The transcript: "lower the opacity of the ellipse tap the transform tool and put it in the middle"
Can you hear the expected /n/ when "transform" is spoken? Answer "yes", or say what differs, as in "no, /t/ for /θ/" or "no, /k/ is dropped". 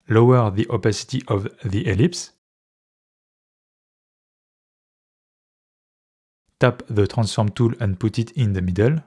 yes